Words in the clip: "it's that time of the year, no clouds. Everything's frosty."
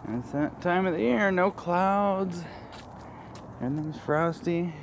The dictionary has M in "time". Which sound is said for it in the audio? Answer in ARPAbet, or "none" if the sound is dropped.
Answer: M